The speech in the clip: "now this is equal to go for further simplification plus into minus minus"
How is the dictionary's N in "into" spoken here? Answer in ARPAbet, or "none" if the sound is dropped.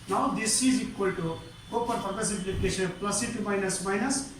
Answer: none